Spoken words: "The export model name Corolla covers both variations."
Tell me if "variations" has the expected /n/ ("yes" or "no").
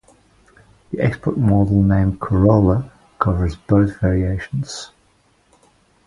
yes